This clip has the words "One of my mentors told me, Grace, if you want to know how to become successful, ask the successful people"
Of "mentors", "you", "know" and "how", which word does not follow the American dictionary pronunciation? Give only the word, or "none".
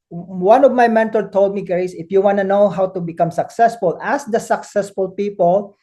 mentors